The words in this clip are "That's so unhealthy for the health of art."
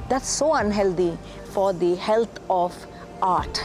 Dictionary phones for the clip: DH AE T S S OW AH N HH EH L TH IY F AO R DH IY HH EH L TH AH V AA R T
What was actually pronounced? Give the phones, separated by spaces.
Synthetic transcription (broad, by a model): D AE T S S OW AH N HH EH L T IY F AO R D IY HH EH L T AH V AA R T